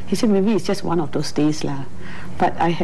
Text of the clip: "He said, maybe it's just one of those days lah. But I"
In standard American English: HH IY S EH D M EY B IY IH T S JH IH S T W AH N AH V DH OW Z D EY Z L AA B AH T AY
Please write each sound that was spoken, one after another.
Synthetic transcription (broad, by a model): HH IY S EH D M EY B IY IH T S JH IH S T W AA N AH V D OW S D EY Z L AA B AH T AY